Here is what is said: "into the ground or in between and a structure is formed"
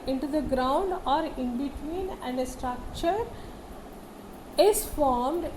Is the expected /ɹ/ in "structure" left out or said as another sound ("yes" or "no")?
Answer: no